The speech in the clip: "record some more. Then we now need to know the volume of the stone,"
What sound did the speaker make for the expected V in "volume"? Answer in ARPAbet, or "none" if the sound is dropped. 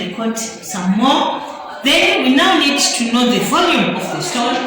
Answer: V